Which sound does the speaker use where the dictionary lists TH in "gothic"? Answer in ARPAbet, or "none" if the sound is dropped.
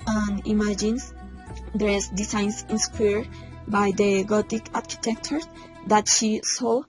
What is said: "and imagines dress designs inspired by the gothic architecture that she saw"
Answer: T